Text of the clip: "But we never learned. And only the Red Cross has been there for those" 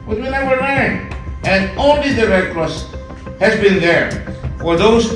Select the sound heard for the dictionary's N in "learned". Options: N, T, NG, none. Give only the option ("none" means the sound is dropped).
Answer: none